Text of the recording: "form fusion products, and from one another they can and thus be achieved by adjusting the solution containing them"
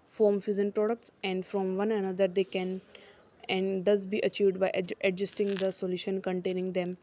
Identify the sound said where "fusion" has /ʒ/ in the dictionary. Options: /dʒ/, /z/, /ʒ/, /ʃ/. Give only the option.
/z/